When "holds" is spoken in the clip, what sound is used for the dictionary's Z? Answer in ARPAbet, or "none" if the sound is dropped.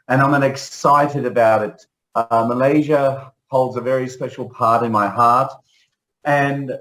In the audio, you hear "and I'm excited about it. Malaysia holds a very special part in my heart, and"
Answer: Z